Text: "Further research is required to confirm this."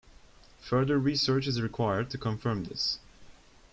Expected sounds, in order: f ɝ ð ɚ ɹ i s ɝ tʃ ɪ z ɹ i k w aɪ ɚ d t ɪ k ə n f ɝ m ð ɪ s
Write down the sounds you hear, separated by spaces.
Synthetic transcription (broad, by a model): f ɝ ð ɚ ɹ i s ɝ tʃ ɪ z ɹ i k w aɪ ɚ d t ɪ k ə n f ɝ m ð ɪ s